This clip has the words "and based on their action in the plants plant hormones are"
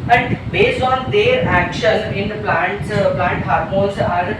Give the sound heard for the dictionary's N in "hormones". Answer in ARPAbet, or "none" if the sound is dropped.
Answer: none